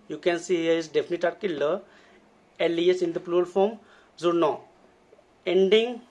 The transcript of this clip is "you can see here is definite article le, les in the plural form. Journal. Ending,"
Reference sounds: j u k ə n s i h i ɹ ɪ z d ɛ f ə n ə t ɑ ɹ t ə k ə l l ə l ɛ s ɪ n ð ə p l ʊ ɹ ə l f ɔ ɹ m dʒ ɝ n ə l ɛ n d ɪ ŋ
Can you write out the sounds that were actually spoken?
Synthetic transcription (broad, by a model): j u k ə n s i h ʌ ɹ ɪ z d ɛ f ə n ə t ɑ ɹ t k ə l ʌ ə l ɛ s ɪ n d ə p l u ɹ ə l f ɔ m z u n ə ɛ n d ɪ ŋ